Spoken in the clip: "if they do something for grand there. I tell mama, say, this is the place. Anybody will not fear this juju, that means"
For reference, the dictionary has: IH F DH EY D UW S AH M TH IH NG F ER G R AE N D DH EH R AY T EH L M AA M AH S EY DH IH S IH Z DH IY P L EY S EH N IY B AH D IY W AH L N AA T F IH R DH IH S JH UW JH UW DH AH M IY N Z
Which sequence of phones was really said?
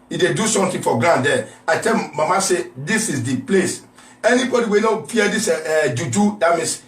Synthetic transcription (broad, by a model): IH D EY D UW S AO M T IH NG F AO G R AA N D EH AY T EH L M AA M AH S EY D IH S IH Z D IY P L EY S EH N IY B AH D IY W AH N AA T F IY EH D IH S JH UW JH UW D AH M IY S